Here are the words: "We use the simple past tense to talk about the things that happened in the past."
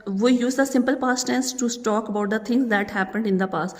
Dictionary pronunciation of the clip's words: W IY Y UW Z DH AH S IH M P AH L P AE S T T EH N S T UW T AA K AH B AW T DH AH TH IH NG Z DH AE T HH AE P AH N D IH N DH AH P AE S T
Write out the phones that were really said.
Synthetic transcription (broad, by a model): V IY Y UW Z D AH S IH M P AH L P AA S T T EH N S T UW T AA K AH B AW T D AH T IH NG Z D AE T HH AE P AH N D IH N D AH P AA S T